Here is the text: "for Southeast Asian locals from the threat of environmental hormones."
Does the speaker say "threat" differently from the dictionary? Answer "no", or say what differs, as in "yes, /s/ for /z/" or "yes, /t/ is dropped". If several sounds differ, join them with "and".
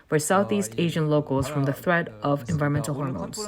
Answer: no